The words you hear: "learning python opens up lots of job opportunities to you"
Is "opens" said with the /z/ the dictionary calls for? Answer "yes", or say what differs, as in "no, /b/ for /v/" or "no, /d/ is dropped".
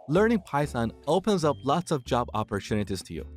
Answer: yes